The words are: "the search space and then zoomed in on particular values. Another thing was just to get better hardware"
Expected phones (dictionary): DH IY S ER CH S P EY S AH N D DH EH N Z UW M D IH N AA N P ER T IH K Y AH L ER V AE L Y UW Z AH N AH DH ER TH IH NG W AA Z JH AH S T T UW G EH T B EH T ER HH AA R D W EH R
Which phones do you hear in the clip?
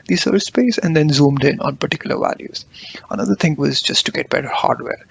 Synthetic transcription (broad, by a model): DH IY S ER S P EY S AH N D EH N Z UW M D IH N AA N P ER T IH K Y AH L ER V AE L Y UW Z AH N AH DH ER T IH NG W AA Z JH AH S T T UW G EH T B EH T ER HH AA R D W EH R